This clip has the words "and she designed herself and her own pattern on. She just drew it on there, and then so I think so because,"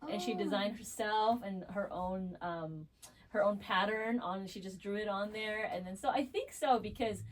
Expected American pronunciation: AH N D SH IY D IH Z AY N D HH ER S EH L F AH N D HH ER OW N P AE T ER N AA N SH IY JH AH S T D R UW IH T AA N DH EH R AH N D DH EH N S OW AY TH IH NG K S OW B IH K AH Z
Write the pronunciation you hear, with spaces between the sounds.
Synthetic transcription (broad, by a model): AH N SH IY D IH Z AY N D HH ER S EH L F AH N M HH ER OW N P AE T ER N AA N SH IY JH AH S D R UW IH T N DH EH R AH N DH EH N S OW AY TH IH NG K S OW B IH K AH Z